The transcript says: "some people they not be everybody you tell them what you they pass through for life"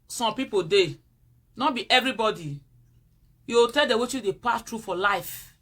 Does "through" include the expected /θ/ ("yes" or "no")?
no